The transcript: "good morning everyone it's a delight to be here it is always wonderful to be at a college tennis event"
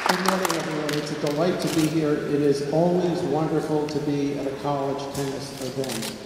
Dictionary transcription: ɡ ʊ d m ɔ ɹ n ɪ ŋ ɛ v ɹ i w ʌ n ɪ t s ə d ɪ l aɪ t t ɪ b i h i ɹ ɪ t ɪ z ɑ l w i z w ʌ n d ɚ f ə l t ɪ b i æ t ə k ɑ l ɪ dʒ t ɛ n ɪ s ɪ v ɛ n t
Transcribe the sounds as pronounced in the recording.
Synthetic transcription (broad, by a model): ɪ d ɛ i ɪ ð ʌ ɹ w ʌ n ɪ t s ə d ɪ l aɪ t t ɪ b i h i ɹ ɪ t ɪ z ɑ l w i z w ʌ n d ɚ f l t ɪ b i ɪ t ə k ɑ l ɪ dʒ t ɛ n ɪ s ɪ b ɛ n